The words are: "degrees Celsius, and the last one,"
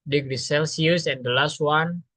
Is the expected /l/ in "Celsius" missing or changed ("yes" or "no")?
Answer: no